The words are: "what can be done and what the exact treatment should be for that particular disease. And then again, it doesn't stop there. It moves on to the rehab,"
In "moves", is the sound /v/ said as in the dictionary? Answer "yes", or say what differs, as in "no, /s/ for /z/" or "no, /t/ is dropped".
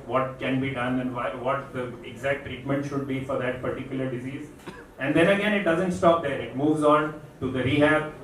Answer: yes